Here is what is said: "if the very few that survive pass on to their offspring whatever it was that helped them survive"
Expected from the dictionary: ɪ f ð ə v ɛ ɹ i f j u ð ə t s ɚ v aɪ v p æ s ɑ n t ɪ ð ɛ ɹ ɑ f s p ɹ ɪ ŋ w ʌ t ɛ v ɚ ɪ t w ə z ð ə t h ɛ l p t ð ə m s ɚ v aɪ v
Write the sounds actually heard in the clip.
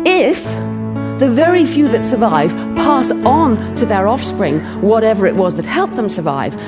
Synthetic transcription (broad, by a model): ɪ f ð ə v ɛ ɹ i f j u ð ə t s ɚ v aɪ v p æ s n t ɪ ð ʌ ɹ ɑ f s p ɹ ɪ ŋ w ʌ t ɛ v ɚ ɪ t w ə z ð ə t h ɛ l p ð ə m s ɚ v aɪ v